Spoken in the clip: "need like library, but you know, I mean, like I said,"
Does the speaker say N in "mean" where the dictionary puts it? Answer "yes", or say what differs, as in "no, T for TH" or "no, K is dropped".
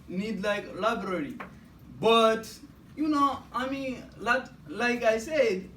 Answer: no, L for N